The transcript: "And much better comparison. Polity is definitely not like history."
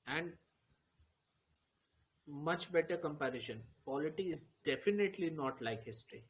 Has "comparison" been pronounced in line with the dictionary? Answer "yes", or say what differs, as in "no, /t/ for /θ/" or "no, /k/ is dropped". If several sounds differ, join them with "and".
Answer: no, /ʃ/ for /s/